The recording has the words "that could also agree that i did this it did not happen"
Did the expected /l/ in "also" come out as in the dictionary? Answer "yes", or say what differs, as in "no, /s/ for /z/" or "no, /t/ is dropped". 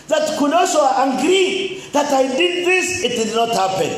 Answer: no, /l/ is dropped